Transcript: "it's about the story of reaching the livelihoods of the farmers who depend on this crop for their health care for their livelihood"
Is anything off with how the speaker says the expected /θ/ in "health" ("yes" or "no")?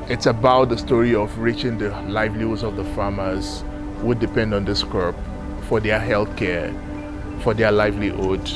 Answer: no